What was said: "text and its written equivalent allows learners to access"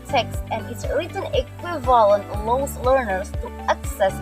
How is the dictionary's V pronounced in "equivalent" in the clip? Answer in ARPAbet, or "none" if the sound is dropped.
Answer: V